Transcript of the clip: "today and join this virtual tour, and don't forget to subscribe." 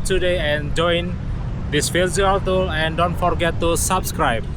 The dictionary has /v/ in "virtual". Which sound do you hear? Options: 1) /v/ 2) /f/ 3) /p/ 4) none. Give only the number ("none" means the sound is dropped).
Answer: 2